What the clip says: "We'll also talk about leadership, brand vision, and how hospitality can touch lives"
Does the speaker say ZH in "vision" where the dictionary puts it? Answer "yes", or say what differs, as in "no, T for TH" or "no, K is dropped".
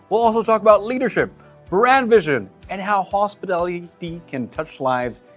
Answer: yes